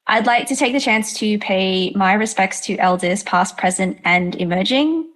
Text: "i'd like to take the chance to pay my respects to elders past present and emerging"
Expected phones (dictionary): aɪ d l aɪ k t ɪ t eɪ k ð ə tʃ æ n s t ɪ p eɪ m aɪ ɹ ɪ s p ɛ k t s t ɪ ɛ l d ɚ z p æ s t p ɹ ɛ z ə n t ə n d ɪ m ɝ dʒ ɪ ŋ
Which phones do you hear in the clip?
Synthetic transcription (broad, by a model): aɪ d l aɪ k t ɪ t eɪ k ð ə tʃ æ n s t ɪ p eɪ m aɪ ɹ ɪ s p ɛ k t s t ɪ ɛ l d ɚ z p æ s p ɹ ɛ z ə n t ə n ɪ m ɝ dʒ ɪ ŋ